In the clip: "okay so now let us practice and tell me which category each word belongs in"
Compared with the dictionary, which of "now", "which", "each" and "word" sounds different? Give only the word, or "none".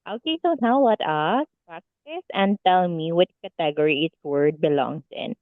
each